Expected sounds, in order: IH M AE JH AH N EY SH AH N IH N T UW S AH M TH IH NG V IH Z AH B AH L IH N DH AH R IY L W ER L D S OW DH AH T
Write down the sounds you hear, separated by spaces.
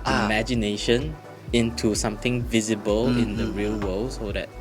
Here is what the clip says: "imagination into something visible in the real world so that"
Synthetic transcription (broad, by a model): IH M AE JH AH N EY SH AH N IH N T UW S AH M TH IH NG V IH Z AH B AH L IH N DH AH R IY L W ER L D S OW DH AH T